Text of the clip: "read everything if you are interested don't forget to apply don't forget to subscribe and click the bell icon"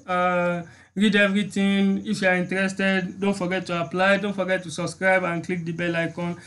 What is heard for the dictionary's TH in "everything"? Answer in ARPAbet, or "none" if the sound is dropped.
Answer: T